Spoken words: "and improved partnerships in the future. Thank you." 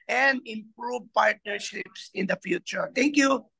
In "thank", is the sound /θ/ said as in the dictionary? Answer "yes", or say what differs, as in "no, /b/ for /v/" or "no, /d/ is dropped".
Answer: no, /t/ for /θ/